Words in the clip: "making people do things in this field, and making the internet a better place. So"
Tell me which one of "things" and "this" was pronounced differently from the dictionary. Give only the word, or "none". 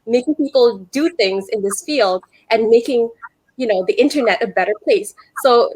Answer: none